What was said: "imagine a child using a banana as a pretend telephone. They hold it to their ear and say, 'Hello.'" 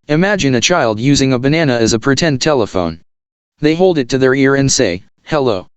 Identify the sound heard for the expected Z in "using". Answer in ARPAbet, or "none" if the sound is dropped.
Z